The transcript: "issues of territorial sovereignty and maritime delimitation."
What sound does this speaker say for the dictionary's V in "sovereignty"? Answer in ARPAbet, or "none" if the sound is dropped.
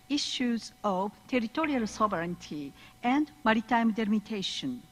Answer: B